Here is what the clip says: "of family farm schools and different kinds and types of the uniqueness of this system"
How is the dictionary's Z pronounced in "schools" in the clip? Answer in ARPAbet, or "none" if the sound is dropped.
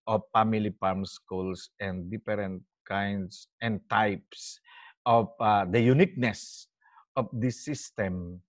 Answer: S